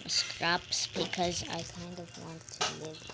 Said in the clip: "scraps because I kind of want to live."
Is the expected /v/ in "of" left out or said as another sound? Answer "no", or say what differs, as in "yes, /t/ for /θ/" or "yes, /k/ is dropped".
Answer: no